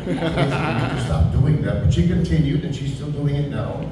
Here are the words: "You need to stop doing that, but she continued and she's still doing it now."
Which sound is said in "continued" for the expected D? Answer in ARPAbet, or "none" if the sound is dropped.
none